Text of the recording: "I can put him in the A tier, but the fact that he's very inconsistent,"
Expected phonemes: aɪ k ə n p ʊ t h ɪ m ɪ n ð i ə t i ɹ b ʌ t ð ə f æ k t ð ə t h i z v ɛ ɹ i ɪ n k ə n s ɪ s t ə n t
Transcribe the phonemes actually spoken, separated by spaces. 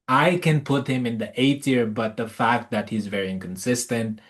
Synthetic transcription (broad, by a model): aɪ k ə n p ʊ t h ɪ m ɪ n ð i ə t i ɹ b ʌ t ð ə f æ k t ð ə t h i z v ɛ ɹ i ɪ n k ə n s ɪ s t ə n t